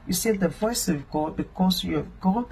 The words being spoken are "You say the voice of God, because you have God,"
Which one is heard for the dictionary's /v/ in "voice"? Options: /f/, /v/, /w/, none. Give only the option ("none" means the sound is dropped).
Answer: /v/